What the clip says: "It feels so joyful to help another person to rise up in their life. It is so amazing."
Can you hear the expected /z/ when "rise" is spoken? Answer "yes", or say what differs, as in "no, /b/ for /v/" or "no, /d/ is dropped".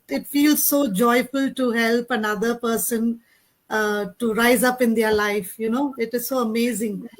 yes